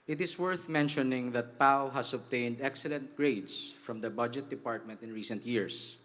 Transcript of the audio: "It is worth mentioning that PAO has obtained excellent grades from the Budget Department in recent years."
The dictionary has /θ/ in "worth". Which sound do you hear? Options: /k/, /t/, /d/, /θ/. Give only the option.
/θ/